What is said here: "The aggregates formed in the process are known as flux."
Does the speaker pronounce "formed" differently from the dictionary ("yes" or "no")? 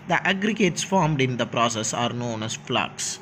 no